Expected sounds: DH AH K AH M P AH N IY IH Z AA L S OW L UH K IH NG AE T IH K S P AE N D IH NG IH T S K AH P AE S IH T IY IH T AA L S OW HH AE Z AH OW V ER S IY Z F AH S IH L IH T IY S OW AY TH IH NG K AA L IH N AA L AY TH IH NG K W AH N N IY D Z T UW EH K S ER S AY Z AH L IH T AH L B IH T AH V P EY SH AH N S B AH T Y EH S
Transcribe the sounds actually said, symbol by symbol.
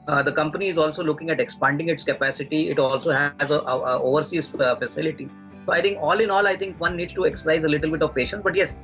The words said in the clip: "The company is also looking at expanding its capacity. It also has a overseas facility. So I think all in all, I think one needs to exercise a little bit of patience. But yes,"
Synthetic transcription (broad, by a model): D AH K AH M P AH N IY IH Z AA L S OW L UH K IH NG AE T IH K S P AE N D IH NG IH T S K AH P AE S IH T IY IH T AA L S OW HH AE Z AH OW V ER S IY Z F AH S IH L IH T IY S OW AY T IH NG K AA L IH N AA L AY T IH NG K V AH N N IY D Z T UW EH K S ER S AY Z AH L IH T AH L B IH T AH V P EY SH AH N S B AH T Y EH S